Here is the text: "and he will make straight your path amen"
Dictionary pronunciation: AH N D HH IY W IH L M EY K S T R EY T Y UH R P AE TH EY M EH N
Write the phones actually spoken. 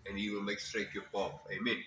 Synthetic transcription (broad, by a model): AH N HH IY W IH L M EY K S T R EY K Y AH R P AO F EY M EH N